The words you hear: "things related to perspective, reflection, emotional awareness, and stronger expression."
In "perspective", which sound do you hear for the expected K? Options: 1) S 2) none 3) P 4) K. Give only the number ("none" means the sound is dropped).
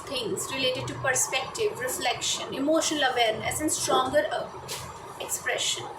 4